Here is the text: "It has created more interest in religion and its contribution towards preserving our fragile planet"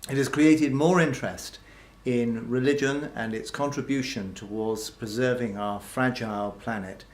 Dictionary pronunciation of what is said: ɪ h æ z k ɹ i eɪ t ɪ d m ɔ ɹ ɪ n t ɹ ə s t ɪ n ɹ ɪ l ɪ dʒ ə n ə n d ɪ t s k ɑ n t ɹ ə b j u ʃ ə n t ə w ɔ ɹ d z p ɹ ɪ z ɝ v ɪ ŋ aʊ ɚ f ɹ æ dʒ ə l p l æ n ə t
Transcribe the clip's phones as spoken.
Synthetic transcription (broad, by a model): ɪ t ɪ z k ɹ i eɪ t ɪ d m ɔ ɹ ɪ n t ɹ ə s t ɪ n ɹ ɪ l ɪ dʒ ə n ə n ɪ t s k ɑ n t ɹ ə b j u ʃ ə n t ə w ɔ ɹ d z p ɹ ɪ z ɝ v ɪ ŋ aʊ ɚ f ɹ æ dʒ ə l p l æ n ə t